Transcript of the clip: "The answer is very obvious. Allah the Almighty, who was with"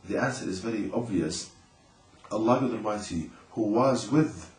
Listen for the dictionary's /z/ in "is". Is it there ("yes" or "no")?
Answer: yes